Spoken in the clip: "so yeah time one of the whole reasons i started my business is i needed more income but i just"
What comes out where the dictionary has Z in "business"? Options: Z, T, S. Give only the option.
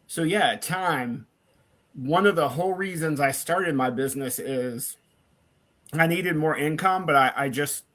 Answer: Z